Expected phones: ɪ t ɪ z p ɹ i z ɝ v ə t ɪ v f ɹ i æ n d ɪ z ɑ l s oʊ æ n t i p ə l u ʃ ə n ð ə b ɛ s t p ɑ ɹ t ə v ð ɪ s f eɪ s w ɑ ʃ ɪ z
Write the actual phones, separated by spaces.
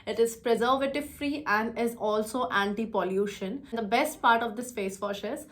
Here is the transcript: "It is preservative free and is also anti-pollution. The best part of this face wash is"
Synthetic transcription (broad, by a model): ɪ t ɪ z p ɹ i z ɝ v ə t ɪ v f ɹ i æ n d ɪ z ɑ l s oʊ æ n t i p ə l u ʃ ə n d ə b ɛ s t p ɑ ɹ t ə v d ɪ s p eɪ s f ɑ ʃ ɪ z